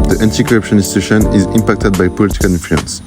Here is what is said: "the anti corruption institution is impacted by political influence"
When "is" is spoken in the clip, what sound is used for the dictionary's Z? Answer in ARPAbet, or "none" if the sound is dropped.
Z